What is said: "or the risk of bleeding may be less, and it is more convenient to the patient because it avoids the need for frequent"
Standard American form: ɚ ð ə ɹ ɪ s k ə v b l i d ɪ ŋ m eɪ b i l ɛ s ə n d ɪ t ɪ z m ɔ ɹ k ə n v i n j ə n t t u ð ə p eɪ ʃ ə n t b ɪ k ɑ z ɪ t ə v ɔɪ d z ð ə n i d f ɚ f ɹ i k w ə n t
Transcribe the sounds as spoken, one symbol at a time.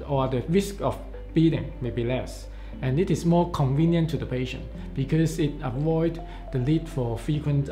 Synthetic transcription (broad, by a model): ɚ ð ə ɹ ɪ s k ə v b i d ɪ ŋ m eɪ b i l ɛ s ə n ɪ t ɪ s m ɔ k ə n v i n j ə n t t u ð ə p eɪ ʃ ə n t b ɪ k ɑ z ɪ t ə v ɔɪ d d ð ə l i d f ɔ f ɹ i k w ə n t